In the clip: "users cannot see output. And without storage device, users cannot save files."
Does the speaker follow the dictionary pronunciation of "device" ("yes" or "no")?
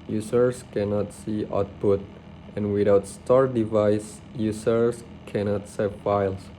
yes